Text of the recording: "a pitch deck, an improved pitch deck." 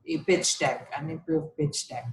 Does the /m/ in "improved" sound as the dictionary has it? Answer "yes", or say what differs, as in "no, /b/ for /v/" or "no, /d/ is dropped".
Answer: no, /m/ is dropped